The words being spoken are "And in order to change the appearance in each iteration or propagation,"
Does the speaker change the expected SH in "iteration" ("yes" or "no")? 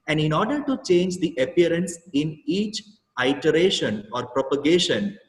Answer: no